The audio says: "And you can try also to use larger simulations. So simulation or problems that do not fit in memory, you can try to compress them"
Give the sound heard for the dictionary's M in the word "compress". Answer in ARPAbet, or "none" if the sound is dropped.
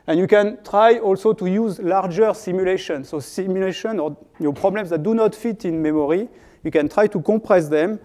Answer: none